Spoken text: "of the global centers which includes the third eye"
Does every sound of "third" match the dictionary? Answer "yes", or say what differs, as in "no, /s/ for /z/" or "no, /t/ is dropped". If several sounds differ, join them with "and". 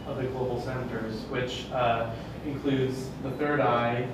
yes